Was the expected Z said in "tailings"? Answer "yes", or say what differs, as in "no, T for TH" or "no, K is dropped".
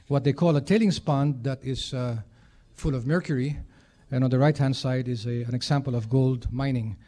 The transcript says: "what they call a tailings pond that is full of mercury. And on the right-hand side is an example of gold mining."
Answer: no, S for Z